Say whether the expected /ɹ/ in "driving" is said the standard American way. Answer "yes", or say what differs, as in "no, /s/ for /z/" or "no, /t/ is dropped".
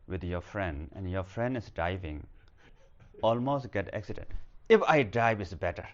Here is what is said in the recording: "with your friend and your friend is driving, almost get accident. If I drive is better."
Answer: no, /ɹ/ is dropped